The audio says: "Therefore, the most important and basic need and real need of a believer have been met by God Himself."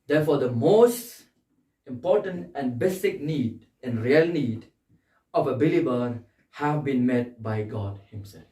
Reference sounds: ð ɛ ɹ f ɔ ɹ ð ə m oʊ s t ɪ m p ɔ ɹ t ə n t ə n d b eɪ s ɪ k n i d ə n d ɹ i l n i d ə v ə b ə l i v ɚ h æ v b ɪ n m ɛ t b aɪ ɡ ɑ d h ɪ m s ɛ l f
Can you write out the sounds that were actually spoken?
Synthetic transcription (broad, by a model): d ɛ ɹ f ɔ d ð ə m oʊ s t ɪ m p ɔ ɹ t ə n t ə n b eɪ s ɪ k n i d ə n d ɹ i l n i d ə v ə b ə l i b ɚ h æ v b ɪ n m ɛ t b aɪ ɡ ɑ d h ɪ m s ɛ l f